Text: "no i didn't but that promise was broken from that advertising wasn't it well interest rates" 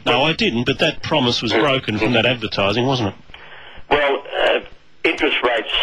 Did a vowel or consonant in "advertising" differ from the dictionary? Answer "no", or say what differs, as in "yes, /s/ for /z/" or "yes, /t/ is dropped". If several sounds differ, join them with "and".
no